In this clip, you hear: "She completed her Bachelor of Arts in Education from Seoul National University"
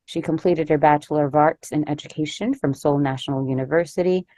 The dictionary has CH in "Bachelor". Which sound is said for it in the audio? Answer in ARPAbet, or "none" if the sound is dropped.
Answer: CH